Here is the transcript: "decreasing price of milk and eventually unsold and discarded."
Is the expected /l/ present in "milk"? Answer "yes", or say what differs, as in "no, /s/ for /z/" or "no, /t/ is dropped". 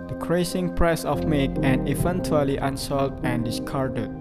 no, /l/ is dropped